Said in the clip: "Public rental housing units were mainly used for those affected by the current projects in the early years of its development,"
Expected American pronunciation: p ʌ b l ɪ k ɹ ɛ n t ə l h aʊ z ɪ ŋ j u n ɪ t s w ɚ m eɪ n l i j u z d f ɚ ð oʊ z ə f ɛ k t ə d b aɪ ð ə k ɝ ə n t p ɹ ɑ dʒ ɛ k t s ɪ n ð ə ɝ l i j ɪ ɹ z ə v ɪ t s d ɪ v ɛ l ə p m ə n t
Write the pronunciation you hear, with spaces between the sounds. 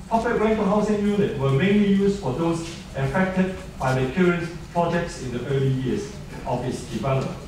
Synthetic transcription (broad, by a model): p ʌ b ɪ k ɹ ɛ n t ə h aʊ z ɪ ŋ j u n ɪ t w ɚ m eɪ n l i j u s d f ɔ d oʊ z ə f ɛ k t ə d b aɪ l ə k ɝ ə n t p ɹ ɑ dʒ ɛ k t s ɪ n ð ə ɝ l i j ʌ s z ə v ɪ t s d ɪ v ɛ l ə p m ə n